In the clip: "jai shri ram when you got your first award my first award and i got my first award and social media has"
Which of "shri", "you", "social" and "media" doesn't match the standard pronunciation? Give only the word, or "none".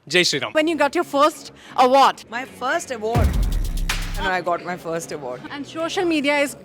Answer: shri